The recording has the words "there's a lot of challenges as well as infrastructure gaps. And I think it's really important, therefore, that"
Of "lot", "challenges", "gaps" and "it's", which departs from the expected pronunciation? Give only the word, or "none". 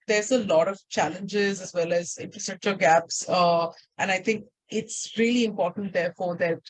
none